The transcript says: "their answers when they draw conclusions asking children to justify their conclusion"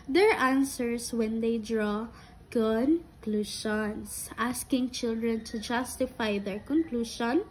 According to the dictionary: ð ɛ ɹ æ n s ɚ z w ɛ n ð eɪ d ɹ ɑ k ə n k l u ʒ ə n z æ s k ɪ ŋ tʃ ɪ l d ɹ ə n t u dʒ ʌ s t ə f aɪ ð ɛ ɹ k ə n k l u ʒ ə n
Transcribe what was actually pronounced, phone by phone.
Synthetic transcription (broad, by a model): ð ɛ ɹ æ n s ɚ s w ɛ n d eɪ d ɹ ɑ k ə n k l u ʃ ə n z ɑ s k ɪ ŋ tʃ ɪ l d ɹ ə n t u dʒ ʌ s t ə f aɪ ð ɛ ɹ k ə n k l u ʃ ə n